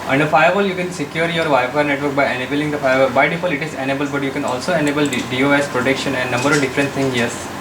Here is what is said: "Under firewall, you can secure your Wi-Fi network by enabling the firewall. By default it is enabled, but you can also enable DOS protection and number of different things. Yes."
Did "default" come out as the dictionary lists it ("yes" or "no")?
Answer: no